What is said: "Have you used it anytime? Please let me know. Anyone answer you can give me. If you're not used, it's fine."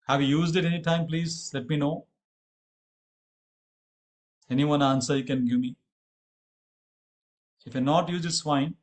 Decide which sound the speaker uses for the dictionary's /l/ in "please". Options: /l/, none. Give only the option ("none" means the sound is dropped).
/l/